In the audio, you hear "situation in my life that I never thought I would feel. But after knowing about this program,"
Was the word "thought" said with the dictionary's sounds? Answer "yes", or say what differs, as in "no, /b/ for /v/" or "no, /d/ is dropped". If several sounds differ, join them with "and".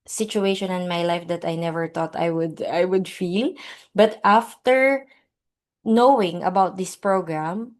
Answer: no, /t/ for /θ/